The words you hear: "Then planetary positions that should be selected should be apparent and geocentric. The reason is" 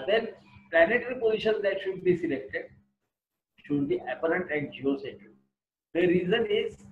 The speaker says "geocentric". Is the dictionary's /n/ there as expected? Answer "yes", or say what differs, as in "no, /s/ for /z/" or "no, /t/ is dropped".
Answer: no, /n/ is dropped